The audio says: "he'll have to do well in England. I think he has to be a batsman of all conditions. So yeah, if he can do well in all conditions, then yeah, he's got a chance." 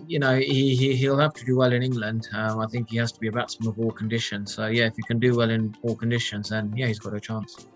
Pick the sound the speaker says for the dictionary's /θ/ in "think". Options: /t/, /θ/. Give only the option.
/θ/